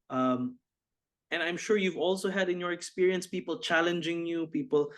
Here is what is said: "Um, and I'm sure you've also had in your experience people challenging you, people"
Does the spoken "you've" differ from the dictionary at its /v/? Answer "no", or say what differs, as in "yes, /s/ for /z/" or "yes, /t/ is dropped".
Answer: no